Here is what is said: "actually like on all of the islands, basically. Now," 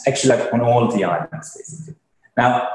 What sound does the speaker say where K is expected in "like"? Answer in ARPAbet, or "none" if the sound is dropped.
none